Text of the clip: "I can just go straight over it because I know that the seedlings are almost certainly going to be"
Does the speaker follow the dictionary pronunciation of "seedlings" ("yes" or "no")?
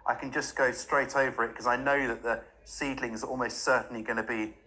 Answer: yes